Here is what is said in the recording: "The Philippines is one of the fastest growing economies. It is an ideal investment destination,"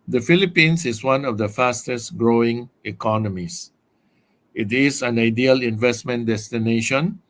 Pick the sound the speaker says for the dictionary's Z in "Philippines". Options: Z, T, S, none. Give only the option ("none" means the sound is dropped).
S